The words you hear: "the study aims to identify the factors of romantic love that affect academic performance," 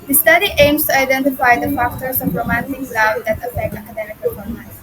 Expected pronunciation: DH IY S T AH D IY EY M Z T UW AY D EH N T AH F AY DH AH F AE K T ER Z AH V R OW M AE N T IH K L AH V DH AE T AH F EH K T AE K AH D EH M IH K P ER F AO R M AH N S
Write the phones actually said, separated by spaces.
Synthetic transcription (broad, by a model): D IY S T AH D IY EY M S T UW AY D EH N T AH F AY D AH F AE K T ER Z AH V R OW M AE N T IH K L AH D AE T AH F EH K AE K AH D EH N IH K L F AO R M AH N